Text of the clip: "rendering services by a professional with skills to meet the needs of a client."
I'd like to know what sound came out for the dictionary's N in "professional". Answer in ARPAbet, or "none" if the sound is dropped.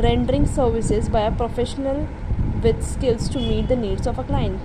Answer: N